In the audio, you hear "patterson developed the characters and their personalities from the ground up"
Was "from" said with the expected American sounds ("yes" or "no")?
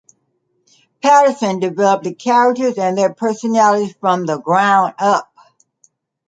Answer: yes